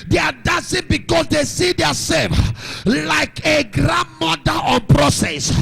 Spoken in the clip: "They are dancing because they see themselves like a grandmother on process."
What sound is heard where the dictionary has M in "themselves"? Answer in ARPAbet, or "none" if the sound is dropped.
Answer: none